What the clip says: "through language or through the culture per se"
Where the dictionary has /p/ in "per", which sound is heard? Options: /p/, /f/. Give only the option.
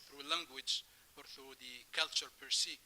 /p/